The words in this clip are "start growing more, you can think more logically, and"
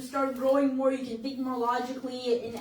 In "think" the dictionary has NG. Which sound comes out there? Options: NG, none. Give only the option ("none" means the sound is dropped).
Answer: none